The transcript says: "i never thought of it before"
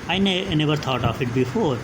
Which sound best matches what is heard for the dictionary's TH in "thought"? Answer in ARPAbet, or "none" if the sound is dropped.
T